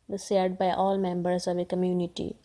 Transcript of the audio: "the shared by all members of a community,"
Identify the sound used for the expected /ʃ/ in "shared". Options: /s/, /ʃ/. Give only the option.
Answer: /s/